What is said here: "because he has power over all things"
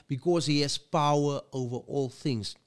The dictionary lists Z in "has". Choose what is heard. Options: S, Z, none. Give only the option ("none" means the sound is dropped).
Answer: S